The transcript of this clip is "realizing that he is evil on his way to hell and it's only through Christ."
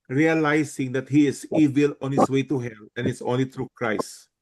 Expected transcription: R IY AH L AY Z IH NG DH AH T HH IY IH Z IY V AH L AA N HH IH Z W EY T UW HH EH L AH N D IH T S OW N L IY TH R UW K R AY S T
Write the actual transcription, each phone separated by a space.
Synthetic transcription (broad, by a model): R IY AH L AY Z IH NG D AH T HH IY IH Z IY V AH L AA N HH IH S W EY T UW HH EH L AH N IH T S OW N L IY T R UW K R AY S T